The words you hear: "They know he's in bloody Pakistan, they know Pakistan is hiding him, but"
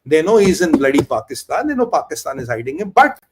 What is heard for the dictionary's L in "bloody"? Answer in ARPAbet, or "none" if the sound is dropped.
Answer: L